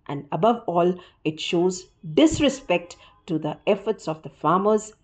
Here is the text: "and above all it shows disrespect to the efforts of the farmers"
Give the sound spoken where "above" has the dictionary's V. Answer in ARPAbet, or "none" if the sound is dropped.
V